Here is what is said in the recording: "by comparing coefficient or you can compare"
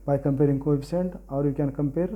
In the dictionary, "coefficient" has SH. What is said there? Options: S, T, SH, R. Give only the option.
S